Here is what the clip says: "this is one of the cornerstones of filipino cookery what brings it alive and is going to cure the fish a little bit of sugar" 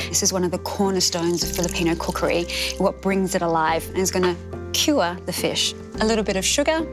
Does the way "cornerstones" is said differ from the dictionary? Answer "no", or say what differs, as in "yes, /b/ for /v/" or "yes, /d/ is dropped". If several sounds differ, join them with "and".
no